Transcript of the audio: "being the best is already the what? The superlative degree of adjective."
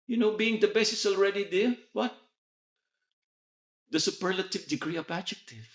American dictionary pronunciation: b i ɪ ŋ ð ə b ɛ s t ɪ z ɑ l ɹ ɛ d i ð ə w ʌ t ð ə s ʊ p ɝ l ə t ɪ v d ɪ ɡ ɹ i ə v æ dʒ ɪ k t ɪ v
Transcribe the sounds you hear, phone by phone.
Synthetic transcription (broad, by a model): b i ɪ ŋ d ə b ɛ s ɪ s ɑ l ɹ ɛ d i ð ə w ʌ t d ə s ʊ p ɝ l ə t ɪ v d ɪ ɡ ɹ i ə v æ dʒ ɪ k t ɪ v